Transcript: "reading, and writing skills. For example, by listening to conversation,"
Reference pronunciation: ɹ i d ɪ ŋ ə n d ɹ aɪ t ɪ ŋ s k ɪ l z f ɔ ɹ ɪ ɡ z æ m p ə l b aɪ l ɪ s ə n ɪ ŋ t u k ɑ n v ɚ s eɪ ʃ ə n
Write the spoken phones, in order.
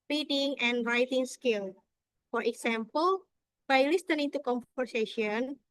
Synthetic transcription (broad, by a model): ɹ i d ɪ ŋ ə n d ɹ aɪ t ɪ ŋ s k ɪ l f ɔ ɹ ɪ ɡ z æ m p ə l b aɪ l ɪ s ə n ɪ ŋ t u k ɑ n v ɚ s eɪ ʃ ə n